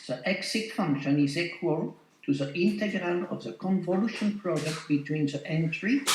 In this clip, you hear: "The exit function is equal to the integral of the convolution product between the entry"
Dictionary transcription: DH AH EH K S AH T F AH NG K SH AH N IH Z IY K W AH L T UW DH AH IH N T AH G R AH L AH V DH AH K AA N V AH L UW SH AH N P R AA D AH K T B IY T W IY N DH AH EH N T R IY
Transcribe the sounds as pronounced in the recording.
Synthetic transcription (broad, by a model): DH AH EH K S AH T F AH NG K SH AH N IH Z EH K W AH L T UW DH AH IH N T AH G R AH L AH V DH AH K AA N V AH L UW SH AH N P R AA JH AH K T B IY T W IY N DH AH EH N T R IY